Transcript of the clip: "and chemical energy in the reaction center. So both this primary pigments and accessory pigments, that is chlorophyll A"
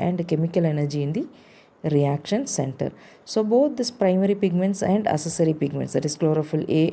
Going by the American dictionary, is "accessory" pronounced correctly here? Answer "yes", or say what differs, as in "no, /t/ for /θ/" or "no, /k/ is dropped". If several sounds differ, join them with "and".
no, /k/ is dropped